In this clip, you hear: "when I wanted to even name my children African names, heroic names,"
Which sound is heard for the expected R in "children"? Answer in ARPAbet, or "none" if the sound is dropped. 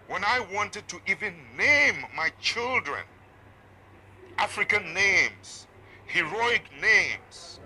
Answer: R